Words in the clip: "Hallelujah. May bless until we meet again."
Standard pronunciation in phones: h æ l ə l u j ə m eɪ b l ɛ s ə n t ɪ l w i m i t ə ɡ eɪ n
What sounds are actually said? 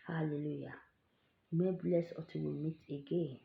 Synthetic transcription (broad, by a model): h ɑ l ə l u j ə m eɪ b l ɛ s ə t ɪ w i m i t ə ɡ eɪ n